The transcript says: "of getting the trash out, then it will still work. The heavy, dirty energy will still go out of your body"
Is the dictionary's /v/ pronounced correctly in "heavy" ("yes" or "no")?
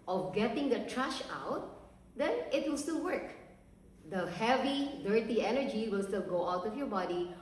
yes